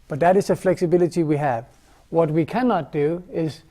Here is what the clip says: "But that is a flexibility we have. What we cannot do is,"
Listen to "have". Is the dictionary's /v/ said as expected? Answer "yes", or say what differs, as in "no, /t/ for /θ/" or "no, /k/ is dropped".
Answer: yes